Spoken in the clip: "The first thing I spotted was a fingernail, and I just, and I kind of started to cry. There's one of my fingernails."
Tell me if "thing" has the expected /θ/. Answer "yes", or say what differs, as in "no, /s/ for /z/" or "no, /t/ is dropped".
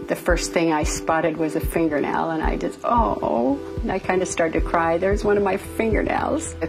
yes